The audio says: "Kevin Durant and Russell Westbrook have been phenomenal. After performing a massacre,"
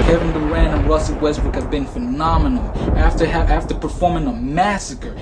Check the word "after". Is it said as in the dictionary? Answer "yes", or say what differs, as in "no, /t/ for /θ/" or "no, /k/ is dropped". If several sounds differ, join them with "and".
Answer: yes